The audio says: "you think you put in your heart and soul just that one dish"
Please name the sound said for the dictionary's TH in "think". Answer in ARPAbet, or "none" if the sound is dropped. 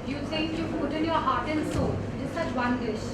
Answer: T